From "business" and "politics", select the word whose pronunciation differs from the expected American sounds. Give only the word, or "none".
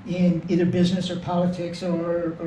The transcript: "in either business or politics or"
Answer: none